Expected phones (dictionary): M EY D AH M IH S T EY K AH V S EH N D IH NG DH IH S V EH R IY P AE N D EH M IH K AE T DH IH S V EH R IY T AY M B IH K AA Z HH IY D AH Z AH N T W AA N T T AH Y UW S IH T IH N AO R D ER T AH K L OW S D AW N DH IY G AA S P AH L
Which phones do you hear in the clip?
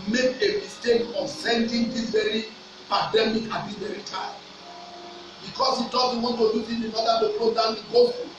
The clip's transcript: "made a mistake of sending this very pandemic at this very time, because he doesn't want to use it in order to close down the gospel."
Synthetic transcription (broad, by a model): M EY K AH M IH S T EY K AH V S EH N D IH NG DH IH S V EH R IY P AE N D EH M IH K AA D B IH V EH R IY T AY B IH K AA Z HH IY D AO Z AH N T W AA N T T AH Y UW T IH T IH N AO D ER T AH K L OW D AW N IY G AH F